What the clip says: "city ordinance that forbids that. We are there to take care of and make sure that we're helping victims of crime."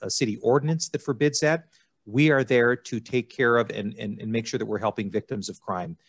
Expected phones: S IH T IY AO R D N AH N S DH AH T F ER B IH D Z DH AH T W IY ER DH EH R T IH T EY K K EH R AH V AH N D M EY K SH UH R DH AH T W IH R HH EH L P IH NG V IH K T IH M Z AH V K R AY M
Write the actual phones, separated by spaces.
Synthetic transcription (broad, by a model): S IH T IY AO R D N AH N S DH AH T F ER B IH D Z DH AH T W IY ER DH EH R T IH T EY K K EH R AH V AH N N M EY K SH UH R DH AH T W IH R HH EH L P IH NG V IH K T IH M Z AH V K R AY M